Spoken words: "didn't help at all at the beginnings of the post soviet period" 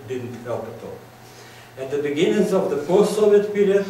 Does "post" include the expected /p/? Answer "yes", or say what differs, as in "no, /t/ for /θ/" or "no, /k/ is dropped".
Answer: no, /f/ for /p/